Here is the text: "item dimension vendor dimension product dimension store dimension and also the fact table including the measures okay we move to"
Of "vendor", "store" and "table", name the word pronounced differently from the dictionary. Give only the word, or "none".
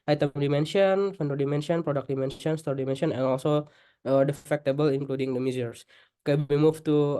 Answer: vendor